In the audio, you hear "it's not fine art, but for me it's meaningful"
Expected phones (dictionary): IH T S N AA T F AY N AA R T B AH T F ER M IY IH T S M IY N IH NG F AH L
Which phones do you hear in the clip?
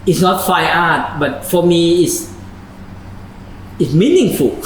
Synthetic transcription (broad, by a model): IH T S N AA T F AY AA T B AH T F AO M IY IH T S M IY N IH NG F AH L